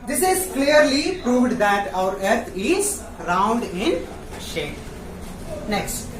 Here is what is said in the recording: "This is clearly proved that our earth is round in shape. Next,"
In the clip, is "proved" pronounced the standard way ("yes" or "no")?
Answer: yes